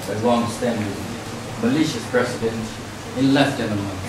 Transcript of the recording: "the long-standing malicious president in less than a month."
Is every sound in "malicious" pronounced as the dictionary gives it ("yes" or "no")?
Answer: yes